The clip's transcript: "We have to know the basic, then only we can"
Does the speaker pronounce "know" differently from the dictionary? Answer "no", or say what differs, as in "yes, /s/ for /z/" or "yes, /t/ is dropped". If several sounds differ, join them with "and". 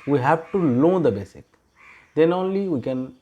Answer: yes, /l/ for /n/